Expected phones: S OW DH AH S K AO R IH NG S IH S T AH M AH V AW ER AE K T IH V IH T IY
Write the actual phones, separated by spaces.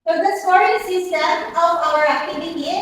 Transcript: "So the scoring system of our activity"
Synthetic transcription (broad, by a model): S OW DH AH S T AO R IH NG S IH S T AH AH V AW ER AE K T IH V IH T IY